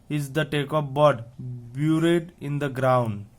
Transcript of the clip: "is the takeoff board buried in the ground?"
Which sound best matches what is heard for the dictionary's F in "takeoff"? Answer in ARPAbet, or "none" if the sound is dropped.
P